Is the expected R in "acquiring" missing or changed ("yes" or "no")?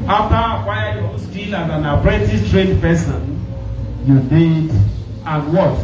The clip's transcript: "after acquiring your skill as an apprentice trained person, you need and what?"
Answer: yes